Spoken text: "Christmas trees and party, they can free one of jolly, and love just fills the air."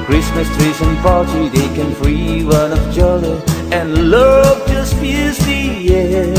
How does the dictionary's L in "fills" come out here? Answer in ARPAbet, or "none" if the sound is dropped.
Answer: none